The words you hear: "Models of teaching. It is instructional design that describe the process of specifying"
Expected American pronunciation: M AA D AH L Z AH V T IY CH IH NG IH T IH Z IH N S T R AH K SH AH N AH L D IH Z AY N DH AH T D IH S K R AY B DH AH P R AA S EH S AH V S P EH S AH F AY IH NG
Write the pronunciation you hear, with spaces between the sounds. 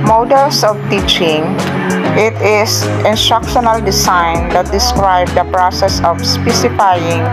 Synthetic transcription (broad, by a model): M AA D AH L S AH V T IY CH IH NG IH T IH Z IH N S T R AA K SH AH N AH L D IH S AY N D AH T D IH S K R AY B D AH P R AA S EH S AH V S P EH S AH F AY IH NG